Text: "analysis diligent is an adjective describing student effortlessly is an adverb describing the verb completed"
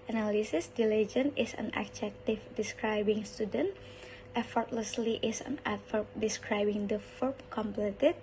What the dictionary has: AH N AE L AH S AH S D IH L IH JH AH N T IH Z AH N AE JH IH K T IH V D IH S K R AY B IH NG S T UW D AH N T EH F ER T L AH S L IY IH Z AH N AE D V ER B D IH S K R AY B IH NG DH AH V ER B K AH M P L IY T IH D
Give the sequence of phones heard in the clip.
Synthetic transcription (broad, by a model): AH N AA L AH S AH S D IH L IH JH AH N IH S AH N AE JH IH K T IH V D IH S K R AY B IH NG S T UW D AH N T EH F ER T L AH S L IY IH S AH N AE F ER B D IH S K R AY B IH NG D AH F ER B K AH M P L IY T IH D